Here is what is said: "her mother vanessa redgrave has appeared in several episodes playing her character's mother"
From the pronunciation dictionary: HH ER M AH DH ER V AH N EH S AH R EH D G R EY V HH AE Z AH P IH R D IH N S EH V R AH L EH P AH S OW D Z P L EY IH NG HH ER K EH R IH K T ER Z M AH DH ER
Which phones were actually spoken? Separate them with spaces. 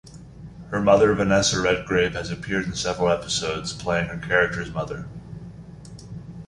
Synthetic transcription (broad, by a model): HH ER M AH DH ER V AH N EH S AH R EH D G R EY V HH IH Z AH P IH R D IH N S EH V R L EH P AH S OW D Z P L EY IH NG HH ER K EH R IH K T ER Z M AH DH ER